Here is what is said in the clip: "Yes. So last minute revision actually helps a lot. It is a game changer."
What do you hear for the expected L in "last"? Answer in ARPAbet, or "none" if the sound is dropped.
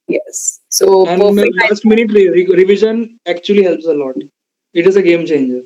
N